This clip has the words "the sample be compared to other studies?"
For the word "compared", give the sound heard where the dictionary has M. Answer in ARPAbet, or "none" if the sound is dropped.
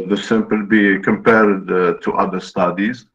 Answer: M